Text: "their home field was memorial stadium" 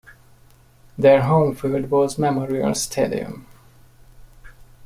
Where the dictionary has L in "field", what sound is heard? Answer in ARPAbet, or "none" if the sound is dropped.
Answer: none